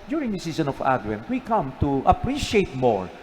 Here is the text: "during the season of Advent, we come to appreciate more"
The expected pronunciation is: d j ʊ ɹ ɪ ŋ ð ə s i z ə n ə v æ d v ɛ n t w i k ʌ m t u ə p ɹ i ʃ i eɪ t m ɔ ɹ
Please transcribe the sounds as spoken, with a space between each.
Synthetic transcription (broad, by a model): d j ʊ ɹ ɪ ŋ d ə s i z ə n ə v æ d w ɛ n w i k ʌ m t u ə p ɹ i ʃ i eɪ t m ɔ ɹ